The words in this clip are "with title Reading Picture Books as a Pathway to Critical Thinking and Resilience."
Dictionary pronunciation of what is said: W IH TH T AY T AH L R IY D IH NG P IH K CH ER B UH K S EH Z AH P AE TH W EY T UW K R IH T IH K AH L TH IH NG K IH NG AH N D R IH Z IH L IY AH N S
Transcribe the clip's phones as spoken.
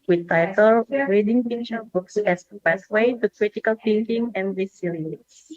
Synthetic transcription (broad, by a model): W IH T AY T AH L R IY D IH NG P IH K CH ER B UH K S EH S AH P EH S W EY T UW K R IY T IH K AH L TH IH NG K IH NG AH N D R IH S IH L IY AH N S